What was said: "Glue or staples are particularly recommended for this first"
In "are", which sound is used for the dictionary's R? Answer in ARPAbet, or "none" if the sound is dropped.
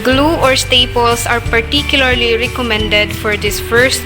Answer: R